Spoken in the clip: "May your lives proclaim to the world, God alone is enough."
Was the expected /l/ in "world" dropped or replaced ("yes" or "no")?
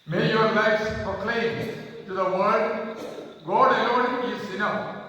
yes